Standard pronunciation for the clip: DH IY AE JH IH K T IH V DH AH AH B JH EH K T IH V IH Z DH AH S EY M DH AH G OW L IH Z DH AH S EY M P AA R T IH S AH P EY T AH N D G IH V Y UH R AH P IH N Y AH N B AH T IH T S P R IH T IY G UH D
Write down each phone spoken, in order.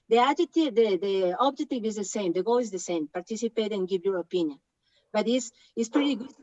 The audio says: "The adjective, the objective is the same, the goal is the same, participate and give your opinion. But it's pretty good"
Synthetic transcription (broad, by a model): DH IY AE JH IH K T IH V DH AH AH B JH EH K T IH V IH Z DH AH S EY M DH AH G OW L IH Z DH AH S EY M P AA R T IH S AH P EY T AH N G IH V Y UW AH P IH N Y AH N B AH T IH S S P R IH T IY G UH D